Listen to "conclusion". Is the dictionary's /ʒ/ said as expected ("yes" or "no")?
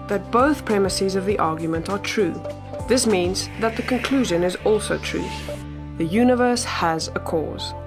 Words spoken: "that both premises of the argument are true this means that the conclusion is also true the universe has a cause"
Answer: yes